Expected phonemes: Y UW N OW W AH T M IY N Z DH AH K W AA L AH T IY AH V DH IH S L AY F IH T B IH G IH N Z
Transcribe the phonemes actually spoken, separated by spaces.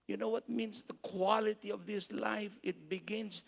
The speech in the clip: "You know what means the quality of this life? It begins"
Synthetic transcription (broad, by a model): Y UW N OW W AH T M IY N S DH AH K W AA L AH T IY AH V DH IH S L AY F IH T B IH G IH N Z